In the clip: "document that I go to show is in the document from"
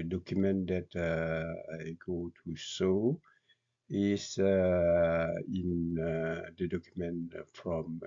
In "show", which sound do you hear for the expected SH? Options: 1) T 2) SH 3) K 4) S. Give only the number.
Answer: 4